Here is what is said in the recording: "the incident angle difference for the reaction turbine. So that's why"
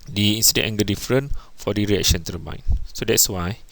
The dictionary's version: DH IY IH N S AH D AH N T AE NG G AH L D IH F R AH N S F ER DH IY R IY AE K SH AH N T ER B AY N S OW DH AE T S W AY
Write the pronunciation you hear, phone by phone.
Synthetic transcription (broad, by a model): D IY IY N S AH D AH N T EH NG G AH D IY F R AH N F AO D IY R IY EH K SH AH N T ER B AY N S OW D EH T S W AY